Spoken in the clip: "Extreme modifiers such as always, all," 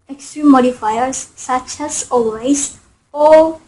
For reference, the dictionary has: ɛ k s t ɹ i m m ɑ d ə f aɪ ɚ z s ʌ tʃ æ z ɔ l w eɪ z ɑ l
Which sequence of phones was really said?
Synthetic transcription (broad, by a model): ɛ k s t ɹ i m m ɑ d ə f aɪ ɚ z s ʌ tʃ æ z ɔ l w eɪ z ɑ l